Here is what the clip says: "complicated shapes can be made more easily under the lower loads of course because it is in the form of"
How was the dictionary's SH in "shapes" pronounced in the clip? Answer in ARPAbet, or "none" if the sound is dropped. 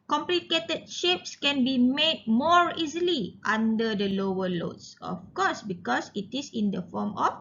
SH